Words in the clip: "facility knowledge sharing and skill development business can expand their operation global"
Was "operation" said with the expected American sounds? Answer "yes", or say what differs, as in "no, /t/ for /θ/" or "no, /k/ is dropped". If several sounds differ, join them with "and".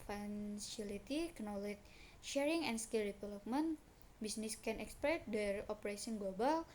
no, /s/ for /ʃ/